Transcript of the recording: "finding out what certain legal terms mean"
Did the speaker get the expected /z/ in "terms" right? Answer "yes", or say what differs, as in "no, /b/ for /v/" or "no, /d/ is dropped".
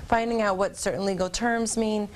yes